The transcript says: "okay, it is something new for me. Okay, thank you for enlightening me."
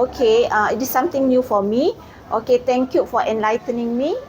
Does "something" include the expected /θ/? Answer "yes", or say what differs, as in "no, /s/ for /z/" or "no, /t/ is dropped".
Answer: no, /t/ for /θ/